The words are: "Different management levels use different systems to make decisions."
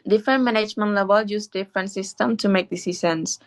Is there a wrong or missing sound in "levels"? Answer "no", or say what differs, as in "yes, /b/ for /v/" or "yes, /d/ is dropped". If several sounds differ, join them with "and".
yes, /z/ is dropped